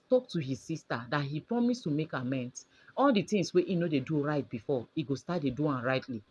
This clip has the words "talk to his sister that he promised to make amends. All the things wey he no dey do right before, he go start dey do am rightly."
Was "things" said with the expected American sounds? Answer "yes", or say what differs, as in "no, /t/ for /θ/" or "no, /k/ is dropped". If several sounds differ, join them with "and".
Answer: no, /t/ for /θ/ and /s/ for /z/